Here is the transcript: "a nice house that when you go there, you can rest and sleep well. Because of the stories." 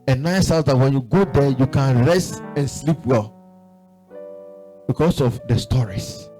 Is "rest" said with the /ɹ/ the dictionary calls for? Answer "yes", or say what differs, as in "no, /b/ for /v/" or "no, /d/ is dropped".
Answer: yes